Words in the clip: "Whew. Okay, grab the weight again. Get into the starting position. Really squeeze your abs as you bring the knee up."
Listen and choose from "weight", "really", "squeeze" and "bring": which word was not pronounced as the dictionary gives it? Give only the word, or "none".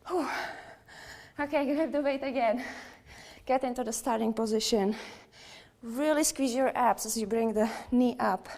none